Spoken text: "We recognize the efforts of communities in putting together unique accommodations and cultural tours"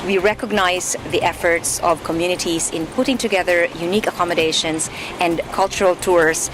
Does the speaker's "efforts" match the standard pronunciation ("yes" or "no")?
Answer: yes